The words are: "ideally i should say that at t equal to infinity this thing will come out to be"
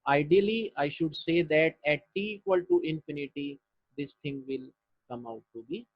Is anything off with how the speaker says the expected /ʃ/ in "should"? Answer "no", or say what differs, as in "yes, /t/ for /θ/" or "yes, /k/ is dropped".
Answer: no